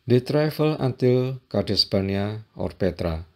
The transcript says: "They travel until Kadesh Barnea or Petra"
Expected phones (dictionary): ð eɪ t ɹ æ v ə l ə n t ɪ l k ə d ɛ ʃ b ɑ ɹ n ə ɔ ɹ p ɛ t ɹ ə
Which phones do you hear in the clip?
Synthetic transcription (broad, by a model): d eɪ t ɹ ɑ f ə l ə n t ɪ l k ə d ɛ s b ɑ n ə ɔ ɹ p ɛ t ɹ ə